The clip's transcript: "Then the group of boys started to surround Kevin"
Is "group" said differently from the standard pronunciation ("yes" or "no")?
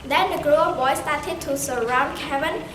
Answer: yes